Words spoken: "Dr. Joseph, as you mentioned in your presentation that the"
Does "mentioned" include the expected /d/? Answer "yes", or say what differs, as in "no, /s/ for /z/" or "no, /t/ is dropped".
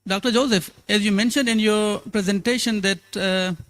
yes